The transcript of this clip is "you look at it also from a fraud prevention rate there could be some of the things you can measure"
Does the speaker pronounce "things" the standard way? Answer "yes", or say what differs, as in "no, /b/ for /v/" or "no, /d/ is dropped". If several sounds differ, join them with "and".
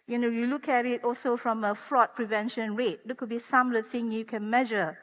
no, /z/ is dropped